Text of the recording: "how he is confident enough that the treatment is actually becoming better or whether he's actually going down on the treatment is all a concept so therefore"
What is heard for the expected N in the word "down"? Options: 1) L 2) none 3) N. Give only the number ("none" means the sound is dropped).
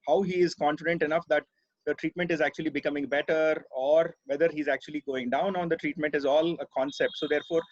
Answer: 3